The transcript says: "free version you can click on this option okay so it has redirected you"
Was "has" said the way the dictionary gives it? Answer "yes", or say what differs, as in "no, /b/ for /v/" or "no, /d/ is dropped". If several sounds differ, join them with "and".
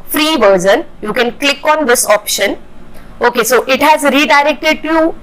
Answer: yes